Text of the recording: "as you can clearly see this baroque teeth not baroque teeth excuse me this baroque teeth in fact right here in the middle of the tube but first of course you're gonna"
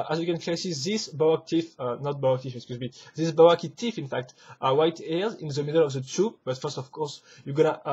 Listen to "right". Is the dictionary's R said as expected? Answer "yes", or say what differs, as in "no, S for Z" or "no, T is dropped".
no, W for R